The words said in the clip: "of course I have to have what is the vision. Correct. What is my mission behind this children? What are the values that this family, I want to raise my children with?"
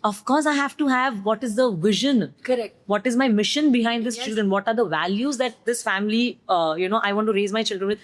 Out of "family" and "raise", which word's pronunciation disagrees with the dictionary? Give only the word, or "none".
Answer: family